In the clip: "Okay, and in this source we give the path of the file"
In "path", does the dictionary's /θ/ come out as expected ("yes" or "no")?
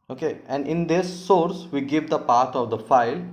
no